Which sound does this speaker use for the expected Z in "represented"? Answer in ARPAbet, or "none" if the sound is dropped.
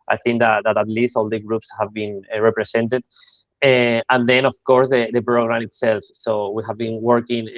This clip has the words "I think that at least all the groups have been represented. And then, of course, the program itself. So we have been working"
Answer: S